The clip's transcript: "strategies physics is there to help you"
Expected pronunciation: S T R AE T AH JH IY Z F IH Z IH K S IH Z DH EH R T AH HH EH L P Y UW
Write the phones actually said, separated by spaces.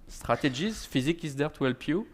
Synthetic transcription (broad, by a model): S T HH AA T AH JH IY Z F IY Z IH K IH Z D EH R T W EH L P Y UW